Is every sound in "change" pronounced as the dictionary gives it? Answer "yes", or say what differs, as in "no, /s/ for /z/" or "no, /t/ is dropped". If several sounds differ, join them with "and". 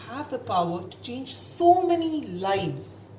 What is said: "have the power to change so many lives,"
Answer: yes